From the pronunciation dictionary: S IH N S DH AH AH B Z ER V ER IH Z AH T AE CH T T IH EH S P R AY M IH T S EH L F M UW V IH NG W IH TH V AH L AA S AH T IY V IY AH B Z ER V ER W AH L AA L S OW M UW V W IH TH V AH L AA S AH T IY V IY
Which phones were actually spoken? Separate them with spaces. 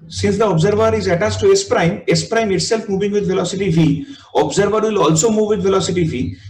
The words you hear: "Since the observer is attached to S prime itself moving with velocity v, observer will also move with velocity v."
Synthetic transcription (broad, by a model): S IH N S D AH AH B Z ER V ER IH Z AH T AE S T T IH EH S P R AY M IH T S EH L F M UW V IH NG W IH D V AH L AA S AH T IY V IY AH B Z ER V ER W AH L AA L S OW M UW V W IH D V AH L AA S AH T IY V IY